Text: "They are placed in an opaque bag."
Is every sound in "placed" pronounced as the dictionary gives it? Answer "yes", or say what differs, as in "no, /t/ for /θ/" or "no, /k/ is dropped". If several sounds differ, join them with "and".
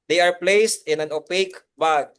yes